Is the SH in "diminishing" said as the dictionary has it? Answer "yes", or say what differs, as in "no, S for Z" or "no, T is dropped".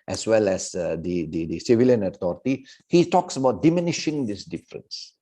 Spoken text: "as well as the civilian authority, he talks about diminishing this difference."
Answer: yes